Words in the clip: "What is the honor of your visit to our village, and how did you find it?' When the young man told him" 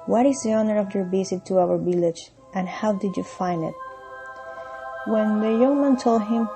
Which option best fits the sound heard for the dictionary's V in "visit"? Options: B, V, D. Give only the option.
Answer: B